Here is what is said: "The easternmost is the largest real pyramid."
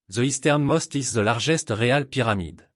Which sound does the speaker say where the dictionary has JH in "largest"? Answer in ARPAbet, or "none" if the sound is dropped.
ZH